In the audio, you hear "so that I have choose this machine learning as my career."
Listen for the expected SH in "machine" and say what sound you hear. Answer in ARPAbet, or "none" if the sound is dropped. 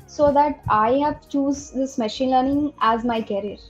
SH